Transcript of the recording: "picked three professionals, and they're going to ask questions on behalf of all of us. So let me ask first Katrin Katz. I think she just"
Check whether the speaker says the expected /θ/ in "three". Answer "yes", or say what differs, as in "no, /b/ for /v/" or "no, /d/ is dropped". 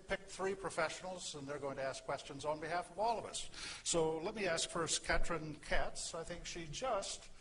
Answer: yes